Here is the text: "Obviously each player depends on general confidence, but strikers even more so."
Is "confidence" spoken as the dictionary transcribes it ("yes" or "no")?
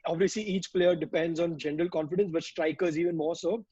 yes